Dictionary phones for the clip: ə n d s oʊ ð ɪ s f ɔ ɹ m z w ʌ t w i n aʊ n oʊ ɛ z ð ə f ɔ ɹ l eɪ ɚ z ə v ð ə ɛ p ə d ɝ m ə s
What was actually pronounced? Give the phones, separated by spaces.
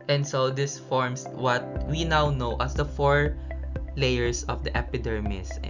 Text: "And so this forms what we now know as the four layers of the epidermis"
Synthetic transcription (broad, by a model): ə n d s oʊ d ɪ s f ɔ ɹ m s w ʌ t w i n aʊ n oʊ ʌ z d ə f ɔ ɹ l eɪ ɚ s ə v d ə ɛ p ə d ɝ m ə s